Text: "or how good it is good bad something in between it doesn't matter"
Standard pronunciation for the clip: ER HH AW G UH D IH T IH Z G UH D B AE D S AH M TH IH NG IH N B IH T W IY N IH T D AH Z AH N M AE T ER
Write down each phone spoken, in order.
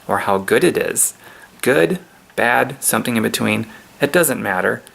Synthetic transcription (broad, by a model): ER HH AW G UH D IH T IH Z G UH D B AE D S AH M TH IH NG IH N B IH T W IY N IH T D AH Z AH N M AE T ER